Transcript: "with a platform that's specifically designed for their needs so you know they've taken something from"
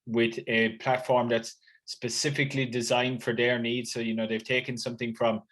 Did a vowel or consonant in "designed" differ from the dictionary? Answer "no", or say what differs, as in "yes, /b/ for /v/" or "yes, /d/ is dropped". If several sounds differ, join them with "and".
no